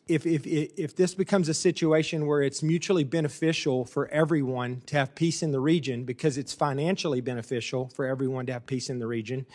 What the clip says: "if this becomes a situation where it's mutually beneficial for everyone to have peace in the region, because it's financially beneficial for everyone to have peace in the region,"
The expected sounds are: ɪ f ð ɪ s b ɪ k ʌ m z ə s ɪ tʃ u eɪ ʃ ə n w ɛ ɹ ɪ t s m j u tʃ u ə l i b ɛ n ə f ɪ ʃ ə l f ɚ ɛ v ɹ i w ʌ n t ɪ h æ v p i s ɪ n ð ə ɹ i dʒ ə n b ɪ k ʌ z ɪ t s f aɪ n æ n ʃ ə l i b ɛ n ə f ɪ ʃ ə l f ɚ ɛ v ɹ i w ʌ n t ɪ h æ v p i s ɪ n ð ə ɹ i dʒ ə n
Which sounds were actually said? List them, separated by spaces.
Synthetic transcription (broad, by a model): ɪ f ð ɪ s b ɪ k ʌ m z ə s ɪ tʃ u eɪ ʃ ə n w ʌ ɹ ɪ t s m j u tʃ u l i b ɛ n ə f ɪ ʃ l f ɚ ɛ v ɹ i w ʌ n t ɪ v p i s ɪ n ð ə ɹ i dʒ ə n b ɪ k ʌ z ɪ t s f aɪ n æ n ʃ l i b ɛ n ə f ɪ ʃ l f ɚ ɛ v ɹ i w ʌ n t ɪ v p i s ɪ n ð ə ɹ i dʒ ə n